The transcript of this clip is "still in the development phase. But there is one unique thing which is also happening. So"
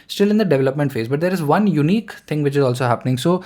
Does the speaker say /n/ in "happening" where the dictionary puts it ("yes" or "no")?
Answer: yes